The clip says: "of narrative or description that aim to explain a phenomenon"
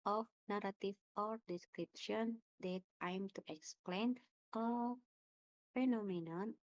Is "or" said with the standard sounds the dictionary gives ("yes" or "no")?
yes